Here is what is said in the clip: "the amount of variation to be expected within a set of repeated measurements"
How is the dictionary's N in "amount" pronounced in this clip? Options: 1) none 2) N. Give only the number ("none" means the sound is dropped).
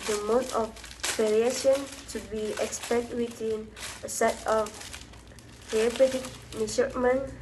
1